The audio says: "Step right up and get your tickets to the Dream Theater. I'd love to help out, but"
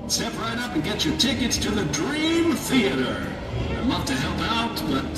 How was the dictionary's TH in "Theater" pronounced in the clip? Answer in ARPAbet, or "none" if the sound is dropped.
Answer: TH